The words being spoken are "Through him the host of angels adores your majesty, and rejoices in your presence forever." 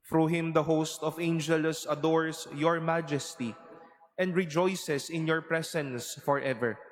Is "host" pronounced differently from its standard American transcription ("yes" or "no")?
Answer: no